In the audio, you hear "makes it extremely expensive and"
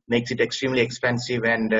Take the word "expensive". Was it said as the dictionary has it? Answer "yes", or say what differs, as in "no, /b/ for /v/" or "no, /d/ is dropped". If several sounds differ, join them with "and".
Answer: yes